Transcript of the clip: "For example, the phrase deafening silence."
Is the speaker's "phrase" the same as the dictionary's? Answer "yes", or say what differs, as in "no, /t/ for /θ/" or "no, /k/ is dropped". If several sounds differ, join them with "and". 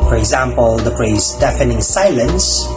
no, /p/ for /f/